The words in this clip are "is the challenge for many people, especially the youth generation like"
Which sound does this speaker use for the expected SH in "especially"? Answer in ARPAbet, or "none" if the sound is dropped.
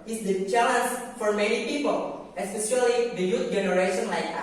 S